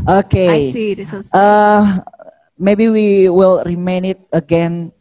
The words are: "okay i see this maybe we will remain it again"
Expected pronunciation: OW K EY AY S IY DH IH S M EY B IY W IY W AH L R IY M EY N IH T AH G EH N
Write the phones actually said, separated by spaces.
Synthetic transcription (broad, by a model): OW K EY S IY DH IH M EY B IY W IY W AH L R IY M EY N IH T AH G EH N